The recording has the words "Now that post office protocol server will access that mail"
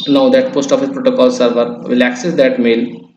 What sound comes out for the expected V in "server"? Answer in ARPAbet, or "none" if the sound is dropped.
V